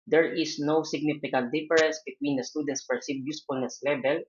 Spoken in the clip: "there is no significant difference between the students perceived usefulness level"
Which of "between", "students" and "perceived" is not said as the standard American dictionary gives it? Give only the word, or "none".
perceived